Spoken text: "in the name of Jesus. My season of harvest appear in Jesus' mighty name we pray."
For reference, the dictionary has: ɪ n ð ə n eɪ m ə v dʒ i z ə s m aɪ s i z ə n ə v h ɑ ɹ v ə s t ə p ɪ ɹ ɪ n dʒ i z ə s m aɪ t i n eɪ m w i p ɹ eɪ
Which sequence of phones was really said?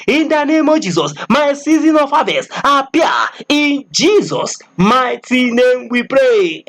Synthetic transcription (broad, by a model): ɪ n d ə n eɪ m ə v dʒ i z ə s m aɪ s i z ə n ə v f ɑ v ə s ə p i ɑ ɪ n dʒ i z ə s m aɪ t i n eɪ m w i p ɹ eɪ